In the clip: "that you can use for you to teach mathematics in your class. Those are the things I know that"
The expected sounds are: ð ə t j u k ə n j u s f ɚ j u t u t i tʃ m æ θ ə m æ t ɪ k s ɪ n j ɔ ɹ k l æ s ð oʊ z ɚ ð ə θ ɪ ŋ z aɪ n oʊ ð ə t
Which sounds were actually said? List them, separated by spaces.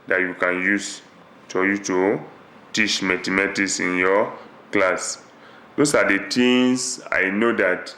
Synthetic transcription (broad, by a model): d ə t j u k ə n j u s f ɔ j u t u t i tʃ m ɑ t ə m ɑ t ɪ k s ɪ n j ɔ k l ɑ s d oʊ s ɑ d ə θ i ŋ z aɪ n oʊ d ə t